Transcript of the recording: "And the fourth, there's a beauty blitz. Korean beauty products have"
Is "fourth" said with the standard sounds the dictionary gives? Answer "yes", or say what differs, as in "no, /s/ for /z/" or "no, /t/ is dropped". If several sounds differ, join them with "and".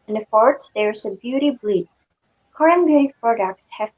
no, /s/ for /θ/